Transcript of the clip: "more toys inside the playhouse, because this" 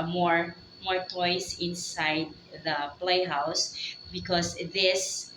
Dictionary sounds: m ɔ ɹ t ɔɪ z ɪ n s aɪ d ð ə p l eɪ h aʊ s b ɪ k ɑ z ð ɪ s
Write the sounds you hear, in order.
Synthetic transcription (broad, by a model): m ɔ ɹ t ɔɪ s ɪ n s aɪ d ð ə p l eɪ h aʊ s b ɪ k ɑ s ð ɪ s